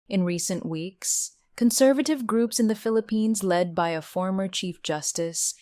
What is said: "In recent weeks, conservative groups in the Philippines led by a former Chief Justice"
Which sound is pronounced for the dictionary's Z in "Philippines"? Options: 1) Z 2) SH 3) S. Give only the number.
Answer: 1